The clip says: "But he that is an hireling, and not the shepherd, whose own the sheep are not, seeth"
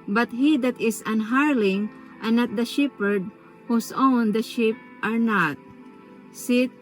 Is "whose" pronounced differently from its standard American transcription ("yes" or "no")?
yes